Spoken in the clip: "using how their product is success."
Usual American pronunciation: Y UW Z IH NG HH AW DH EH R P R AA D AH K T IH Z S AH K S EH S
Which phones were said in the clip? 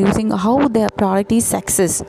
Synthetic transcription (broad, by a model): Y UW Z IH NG HH AW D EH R P R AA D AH T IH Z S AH K S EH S